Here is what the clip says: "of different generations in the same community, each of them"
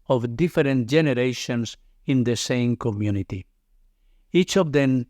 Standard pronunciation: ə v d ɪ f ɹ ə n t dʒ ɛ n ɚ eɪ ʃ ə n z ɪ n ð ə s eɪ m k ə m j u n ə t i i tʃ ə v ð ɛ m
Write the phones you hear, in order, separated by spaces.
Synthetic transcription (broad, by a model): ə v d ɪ f ɹ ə n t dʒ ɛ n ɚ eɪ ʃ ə n s ɪ n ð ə s eɪ m k ə m j u n ə t i i tʃ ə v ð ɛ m